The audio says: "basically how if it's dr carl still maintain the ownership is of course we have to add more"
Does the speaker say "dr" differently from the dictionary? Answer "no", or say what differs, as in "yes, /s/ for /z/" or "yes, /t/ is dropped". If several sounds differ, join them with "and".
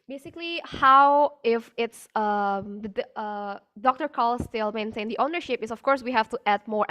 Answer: no